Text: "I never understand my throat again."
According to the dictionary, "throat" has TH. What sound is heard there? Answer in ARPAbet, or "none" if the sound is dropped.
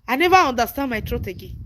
T